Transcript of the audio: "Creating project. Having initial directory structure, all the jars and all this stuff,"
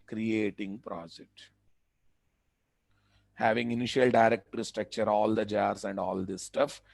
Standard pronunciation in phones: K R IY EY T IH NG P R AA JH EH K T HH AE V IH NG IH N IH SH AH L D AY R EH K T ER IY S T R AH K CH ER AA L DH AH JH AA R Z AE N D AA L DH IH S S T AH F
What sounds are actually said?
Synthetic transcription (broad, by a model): K R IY EY T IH NG P R AA JH EH K T HH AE V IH NG IH N IH SH AH L D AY R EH K T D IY S T R AH K CH ER AA L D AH JH AA R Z AE N D AA L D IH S S T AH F